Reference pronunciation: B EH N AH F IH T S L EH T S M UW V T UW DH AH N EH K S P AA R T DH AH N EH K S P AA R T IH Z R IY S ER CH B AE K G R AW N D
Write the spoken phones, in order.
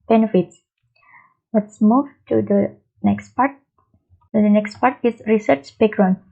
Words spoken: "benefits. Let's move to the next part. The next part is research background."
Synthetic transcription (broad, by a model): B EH N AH F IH T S L EH T S M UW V T UW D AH N EH K S P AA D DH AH N EH K S P AA R T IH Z R IY S ER CH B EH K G R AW N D